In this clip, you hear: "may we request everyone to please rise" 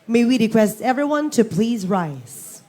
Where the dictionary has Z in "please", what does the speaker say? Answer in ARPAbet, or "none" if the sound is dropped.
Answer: Z